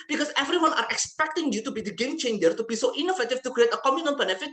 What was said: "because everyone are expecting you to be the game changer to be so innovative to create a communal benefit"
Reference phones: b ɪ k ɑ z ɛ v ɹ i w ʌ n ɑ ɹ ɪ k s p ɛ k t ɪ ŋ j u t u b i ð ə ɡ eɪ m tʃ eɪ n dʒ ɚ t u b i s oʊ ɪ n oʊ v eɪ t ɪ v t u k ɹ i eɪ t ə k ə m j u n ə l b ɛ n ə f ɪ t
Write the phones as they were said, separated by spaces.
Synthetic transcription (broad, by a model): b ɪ k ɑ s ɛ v ɹ i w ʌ n ɑ ɹ ɪ k s p ɛ k t ɪ ŋ j u t u b i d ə ɡ eɪ m tʃ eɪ n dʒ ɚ t u b i s oʊ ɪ n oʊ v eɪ t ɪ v t u k ɹ i eɪ t ə k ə m j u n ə n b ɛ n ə f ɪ t